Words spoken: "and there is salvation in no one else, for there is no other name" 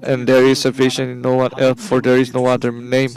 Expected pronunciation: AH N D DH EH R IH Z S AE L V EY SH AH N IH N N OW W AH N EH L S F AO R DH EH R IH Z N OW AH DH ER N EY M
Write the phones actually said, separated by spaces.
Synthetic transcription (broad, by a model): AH N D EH R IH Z S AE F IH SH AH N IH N N OW W AH N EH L F AO R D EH R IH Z N OW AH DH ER N EY M